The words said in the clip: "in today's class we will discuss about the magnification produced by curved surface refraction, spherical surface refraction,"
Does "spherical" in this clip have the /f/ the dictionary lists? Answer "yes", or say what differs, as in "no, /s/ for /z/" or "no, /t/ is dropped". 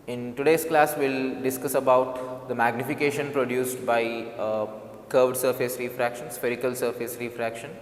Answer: yes